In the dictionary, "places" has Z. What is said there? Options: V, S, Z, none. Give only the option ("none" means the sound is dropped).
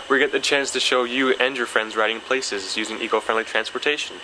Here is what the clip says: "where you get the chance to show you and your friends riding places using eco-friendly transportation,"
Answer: Z